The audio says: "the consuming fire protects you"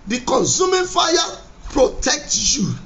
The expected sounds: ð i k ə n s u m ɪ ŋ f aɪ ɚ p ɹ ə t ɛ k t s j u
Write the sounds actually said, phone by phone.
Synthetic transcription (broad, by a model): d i k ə n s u m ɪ f aɪ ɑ p ɹ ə t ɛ k t j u